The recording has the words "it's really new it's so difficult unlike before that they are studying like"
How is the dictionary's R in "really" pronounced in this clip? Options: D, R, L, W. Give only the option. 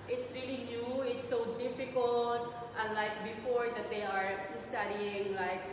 R